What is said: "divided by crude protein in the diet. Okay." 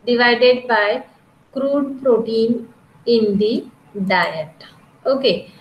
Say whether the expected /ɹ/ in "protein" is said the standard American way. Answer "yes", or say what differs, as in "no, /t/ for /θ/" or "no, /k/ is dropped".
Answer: yes